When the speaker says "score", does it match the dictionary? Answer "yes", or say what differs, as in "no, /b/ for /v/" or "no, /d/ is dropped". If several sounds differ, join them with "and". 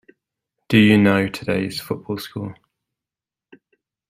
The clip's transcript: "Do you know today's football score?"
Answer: no, /l/ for /ɹ/